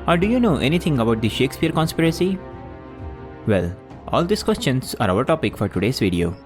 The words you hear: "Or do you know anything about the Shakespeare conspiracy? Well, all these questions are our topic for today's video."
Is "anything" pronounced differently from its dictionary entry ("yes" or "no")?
yes